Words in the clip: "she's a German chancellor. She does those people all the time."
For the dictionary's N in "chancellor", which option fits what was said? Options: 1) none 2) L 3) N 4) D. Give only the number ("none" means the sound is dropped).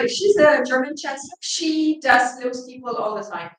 1